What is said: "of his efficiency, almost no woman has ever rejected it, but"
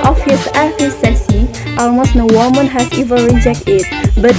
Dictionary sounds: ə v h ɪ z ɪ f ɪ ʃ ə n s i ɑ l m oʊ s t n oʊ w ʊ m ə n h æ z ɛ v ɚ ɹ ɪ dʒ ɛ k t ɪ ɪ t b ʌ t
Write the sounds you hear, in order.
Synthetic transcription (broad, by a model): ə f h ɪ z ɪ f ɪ s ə s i ɑ l m oʊ s t n oʊ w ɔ m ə n h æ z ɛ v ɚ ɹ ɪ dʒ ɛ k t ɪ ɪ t b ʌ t